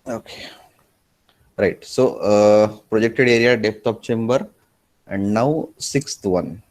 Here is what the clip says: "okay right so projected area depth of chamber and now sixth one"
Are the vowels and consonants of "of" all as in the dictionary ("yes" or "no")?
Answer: no